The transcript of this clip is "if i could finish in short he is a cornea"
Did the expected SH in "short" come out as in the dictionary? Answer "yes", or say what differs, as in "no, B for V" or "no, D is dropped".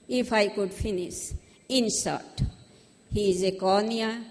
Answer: no, S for SH